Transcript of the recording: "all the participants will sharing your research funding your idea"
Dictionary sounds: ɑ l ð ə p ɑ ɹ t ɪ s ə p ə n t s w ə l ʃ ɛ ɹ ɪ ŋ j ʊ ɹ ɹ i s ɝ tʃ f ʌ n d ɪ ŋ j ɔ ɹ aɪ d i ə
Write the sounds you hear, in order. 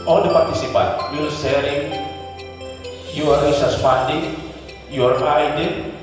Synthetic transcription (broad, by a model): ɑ l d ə p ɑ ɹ t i s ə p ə n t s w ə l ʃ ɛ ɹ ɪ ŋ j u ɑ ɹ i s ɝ s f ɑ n d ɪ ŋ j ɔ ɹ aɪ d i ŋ